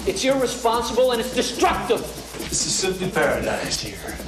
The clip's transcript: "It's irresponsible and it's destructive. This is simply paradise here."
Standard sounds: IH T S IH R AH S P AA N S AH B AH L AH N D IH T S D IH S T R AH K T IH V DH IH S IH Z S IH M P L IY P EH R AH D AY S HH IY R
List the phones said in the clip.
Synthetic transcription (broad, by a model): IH T S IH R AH S P AA N S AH B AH L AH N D IH T S D IH S T R AH K T IH V DH IH S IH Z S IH P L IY P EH R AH D AY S HH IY R